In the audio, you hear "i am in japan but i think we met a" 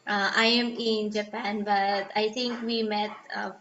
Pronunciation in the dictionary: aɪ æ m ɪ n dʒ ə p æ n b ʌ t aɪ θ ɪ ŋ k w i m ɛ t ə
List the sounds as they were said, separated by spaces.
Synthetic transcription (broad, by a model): aɪ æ m ɪ n dʒ ə p æ n b ʌ t aɪ t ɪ ŋ k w i m ɛ t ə